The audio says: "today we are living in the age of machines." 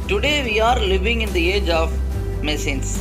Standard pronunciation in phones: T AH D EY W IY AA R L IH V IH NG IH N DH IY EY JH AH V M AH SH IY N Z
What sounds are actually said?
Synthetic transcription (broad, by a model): T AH D EY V IY AA R L IH V IH NG IH N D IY EY JH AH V M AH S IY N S